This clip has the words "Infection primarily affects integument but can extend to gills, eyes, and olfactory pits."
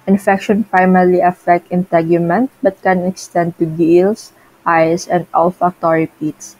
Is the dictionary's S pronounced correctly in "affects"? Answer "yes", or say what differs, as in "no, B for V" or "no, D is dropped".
no, S is dropped